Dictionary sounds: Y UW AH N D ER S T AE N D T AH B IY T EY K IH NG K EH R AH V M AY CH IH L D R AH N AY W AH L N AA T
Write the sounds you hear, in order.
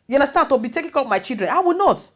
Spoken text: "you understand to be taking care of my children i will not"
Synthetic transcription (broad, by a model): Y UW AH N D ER S T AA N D T AH B IY T EY K IH NG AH P M AY CH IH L D R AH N AY W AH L N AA T